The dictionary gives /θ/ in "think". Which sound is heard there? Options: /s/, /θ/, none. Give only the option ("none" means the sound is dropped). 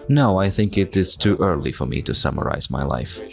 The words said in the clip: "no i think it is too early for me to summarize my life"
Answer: /θ/